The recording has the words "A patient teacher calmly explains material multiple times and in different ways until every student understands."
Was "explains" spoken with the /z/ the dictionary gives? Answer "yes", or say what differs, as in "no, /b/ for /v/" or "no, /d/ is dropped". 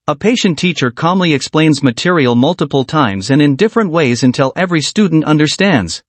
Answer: yes